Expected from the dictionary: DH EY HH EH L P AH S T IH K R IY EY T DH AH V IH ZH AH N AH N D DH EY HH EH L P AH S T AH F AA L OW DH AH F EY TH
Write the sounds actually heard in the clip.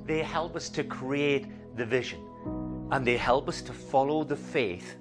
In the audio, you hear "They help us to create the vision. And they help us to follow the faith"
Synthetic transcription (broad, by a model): DH EY HH EH L P AH S T IH K R IY EY T DH AH V IH ZH AH N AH N DH EY HH EH L P AH S T AH F AA L OW DH AH F EY TH